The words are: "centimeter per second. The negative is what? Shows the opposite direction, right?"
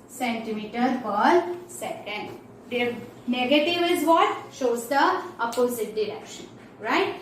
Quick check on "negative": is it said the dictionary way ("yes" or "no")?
yes